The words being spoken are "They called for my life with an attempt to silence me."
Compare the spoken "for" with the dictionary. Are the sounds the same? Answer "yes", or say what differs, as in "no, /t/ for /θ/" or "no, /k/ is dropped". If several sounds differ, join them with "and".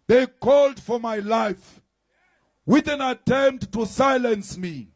yes